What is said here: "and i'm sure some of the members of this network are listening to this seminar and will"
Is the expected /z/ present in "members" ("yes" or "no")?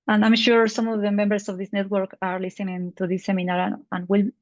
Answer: no